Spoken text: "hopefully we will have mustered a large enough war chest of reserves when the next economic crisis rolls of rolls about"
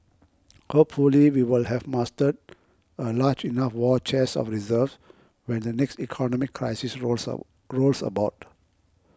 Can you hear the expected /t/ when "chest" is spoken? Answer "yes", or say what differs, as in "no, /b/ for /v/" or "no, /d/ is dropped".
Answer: no, /t/ is dropped